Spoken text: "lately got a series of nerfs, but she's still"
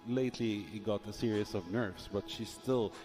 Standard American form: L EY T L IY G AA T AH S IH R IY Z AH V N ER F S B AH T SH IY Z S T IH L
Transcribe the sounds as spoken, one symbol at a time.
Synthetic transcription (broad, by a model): L EY T L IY G AA T AH S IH R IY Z AH V N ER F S B AH T SH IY S T IH L